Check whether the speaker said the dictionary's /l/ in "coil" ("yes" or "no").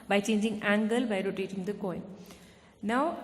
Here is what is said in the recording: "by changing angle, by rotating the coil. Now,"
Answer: no